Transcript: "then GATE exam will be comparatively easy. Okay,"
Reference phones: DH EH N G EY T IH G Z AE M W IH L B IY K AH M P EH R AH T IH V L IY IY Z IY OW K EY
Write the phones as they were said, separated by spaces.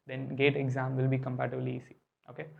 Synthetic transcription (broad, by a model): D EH N G EY T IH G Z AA M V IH L B IY K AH M P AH T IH B L IY IY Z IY OW K EY